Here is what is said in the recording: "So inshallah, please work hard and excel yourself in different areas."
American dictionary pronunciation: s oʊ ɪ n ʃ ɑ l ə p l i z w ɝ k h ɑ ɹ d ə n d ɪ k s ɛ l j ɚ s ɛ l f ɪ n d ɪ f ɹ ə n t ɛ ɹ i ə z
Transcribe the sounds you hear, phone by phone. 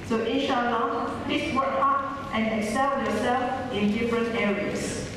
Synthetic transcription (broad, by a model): s oʊ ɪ ʃ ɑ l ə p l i s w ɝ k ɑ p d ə n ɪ k s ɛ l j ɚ s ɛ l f ɪ n d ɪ f ɹ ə n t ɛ ɹ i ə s